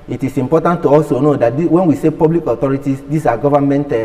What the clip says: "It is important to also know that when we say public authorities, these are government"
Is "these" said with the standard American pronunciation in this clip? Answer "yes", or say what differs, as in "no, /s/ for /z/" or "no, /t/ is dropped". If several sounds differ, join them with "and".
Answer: no, /s/ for /z/